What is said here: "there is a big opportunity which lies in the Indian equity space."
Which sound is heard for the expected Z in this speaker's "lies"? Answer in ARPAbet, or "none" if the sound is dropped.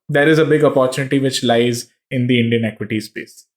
Z